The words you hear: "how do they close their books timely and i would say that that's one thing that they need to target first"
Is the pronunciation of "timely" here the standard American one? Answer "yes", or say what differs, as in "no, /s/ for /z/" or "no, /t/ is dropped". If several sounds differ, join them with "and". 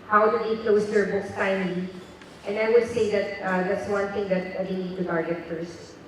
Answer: no, /l/ is dropped